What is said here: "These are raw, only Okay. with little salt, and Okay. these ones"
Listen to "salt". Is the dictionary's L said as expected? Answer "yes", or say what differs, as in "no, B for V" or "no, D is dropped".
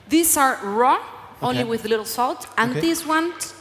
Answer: yes